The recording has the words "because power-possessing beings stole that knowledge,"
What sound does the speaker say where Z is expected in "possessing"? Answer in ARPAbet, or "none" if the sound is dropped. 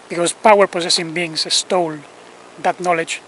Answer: S